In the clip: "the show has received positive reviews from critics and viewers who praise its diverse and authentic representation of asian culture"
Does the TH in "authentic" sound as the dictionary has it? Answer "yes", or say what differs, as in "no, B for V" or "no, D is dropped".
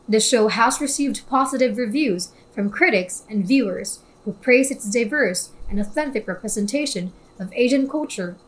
yes